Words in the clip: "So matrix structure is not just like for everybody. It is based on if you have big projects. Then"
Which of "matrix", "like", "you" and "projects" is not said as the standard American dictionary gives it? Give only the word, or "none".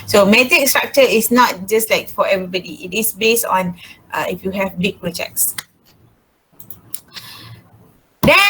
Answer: matrix